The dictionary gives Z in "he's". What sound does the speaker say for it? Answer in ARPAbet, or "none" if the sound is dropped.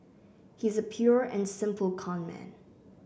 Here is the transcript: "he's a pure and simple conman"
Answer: Z